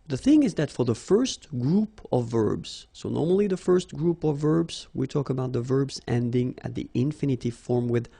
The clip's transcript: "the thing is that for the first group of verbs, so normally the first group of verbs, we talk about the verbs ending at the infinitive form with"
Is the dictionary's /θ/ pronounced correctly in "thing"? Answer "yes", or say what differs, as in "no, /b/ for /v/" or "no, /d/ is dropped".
yes